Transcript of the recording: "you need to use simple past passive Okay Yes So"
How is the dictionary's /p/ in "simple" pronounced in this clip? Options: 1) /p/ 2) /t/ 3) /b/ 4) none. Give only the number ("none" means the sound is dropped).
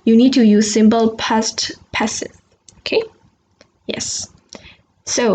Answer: 3